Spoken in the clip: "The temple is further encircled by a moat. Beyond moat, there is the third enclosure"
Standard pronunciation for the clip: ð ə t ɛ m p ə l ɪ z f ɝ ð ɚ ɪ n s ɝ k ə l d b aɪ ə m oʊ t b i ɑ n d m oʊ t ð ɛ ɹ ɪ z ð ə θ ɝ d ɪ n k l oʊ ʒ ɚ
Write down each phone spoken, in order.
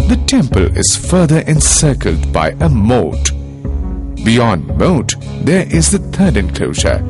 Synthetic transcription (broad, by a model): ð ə t ɛ m p ə l ɪ z f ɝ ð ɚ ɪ n s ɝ k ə l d b aɪ ə m oʊ t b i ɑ n d m oʊ t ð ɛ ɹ ɪ z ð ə t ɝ d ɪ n k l oʊ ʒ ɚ